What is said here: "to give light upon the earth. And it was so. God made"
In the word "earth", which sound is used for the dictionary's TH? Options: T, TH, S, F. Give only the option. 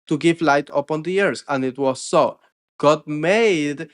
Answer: S